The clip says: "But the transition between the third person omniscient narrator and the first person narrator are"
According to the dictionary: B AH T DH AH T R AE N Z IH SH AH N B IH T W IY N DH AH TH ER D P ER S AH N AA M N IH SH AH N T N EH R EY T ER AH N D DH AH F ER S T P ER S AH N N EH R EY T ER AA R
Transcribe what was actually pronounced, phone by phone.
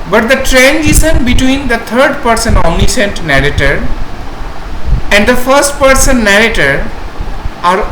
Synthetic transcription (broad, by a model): B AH T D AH T R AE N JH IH S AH N B IH T W IY N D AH T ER D P ER S AH N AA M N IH S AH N T N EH R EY T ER AH N D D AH F ER S T P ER S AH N N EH R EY T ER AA R